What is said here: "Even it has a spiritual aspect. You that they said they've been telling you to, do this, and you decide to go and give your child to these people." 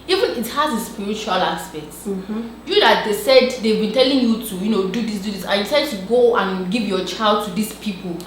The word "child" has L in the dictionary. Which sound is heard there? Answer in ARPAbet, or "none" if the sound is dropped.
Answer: L